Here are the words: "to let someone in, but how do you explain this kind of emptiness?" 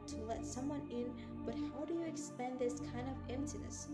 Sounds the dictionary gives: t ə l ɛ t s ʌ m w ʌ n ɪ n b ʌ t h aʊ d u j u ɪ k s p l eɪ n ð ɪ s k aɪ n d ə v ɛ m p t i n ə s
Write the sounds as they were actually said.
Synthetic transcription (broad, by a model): t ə l ɛ t s ʌ m w ʌ n ɪ n b ʌ t h aʊ d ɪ j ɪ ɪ k s p eɪ n ð ɪ s k aɪ n d ə v ɛ m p t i n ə s